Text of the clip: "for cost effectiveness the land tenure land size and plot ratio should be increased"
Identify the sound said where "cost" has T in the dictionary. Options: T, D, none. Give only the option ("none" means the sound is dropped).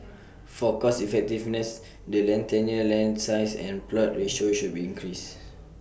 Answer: none